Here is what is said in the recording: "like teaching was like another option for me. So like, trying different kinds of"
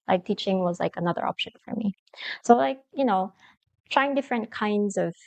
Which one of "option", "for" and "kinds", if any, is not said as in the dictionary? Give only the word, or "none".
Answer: none